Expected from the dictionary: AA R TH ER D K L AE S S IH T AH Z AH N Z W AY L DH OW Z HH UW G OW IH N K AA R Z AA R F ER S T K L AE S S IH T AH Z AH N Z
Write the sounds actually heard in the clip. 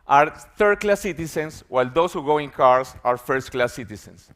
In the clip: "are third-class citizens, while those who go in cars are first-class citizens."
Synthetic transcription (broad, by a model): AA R TH ER D K L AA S S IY T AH S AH N S W AY L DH OW S HH UW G OW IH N K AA R S AA R F ER S T K L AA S S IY T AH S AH N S